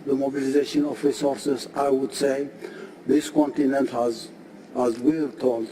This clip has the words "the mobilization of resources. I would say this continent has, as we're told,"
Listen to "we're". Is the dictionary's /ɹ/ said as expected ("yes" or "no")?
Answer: no